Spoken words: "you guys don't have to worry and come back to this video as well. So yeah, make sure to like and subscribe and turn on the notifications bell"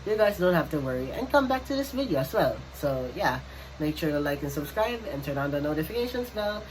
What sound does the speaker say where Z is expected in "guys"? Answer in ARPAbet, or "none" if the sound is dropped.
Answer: Z